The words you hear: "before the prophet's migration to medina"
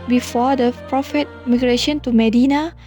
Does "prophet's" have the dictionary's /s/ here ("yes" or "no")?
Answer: no